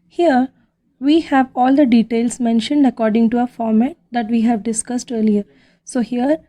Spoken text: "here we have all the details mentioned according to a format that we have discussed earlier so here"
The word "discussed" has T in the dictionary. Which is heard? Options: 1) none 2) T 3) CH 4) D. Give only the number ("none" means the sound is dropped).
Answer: 2